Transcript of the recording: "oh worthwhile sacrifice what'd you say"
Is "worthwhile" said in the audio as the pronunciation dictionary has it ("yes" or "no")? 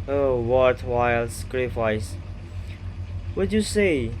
no